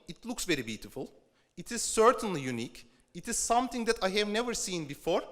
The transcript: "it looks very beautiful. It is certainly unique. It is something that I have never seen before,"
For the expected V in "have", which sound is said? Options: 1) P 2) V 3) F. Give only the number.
2